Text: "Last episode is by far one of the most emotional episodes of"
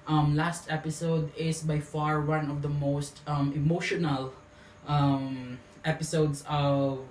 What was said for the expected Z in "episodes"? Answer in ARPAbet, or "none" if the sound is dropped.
S